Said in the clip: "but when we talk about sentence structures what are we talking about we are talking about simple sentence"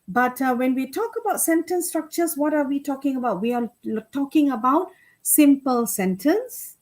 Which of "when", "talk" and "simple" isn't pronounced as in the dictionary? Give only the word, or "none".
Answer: none